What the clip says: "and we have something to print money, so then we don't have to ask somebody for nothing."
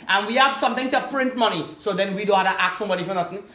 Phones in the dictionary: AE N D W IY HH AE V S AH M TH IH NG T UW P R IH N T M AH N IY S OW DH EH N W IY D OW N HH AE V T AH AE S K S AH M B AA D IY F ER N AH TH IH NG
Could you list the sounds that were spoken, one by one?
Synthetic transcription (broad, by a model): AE N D W IY HH AE V S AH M T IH NG T UW P R IH N T M AH N IY S OW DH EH N W IY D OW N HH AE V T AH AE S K S AH M B AA D IY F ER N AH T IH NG